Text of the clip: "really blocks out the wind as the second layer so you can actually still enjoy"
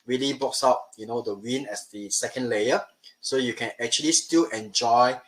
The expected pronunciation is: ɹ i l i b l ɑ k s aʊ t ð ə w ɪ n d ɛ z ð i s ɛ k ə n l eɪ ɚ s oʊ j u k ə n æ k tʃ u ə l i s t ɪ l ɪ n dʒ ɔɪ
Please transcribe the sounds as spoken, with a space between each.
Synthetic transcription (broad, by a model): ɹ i l i b ɑ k s aʊ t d ə w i n ɛ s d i s ɛ k ə n l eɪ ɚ s oʊ j u k ə n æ k tʃ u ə l i s t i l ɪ n dʒ ɔɪ